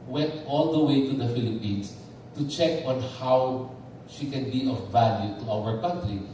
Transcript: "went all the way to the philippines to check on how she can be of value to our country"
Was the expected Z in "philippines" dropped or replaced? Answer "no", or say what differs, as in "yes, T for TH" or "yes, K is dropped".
yes, S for Z